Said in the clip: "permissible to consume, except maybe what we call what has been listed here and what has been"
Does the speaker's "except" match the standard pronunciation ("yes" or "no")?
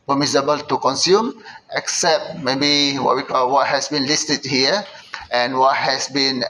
yes